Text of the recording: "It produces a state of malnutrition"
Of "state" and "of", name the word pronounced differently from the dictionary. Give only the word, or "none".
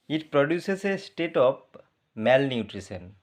of